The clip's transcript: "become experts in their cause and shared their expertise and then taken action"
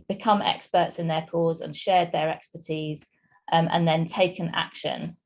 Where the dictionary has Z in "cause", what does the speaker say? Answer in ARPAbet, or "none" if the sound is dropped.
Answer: Z